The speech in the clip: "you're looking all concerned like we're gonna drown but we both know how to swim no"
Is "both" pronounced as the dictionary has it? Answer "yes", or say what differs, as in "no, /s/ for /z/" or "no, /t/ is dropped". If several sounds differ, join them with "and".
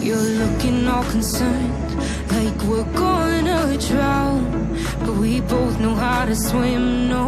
yes